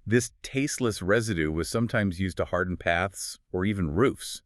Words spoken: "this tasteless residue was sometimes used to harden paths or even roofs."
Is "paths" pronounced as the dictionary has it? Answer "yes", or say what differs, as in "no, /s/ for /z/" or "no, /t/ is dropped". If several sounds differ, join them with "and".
yes